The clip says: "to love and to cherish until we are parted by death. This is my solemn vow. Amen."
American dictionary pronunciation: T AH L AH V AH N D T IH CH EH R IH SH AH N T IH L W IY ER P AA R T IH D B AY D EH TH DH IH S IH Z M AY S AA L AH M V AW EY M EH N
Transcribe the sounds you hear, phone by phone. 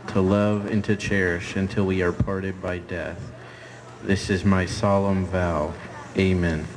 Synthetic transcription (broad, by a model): T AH L AH V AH N T IH CH EH R IH SH AH N T IH L W IY ER P AA R T IH D B AY D EH TH DH IH S IH Z M AY S AA L AH M V AW EY M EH N